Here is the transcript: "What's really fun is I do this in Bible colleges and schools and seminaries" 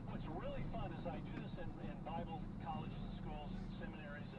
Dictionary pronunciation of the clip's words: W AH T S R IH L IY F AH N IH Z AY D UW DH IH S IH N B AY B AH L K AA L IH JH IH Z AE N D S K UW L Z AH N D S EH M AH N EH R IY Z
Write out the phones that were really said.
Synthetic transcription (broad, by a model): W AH T S R IH L IY F AH N IH Z AY D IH DH IH S IH N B AY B L K AA L IH JH IH Z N S K UW L Z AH N S EH M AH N EH R IY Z